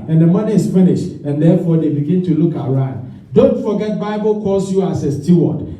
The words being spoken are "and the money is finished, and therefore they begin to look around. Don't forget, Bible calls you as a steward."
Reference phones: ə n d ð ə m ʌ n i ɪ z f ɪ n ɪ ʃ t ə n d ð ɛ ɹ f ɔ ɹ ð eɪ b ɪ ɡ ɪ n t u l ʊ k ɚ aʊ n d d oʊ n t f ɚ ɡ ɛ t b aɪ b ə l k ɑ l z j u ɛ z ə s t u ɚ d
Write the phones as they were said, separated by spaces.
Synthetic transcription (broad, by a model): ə n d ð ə m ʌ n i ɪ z f ɪ n ɪ ʃ t ə n d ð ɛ f ɔ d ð eɪ b ɪ ɡ ɪ n t u l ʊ k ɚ aʊ n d d oʊ n t f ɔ ɡ ɛ t b aɪ b ə l k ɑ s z j u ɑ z ə s t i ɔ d